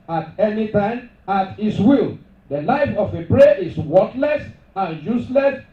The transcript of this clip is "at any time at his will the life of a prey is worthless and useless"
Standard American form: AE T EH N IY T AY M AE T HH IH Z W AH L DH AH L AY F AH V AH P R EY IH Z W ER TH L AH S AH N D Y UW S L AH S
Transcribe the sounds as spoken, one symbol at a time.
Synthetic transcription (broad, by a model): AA T EH N IY T AY M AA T HH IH S W AH L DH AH L AY F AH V AH P R EY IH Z W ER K L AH S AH N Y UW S L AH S